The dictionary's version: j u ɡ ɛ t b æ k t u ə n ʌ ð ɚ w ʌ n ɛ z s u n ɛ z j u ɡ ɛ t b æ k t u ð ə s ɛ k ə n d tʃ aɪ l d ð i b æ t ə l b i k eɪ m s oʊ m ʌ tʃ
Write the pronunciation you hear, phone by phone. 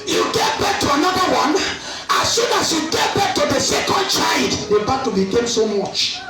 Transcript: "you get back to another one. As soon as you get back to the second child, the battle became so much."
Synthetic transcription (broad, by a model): j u ɡ ɛ t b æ k t u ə n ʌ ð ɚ w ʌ n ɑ s u n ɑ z j u ɡ ɛ t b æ k t u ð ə s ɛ k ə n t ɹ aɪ d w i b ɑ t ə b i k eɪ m s oʊ m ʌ tʃ